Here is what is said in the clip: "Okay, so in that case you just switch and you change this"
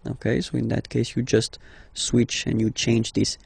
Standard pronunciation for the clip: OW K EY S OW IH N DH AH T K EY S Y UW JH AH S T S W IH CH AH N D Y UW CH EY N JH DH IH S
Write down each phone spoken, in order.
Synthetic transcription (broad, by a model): OW K EY S OW IH N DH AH T K EY S Y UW JH AH S T S W IH CH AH N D Y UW CH EY N JH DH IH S